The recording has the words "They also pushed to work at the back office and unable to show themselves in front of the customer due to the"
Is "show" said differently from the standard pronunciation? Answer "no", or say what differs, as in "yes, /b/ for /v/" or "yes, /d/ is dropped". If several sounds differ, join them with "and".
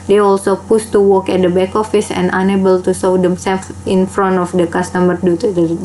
yes, /s/ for /ʃ/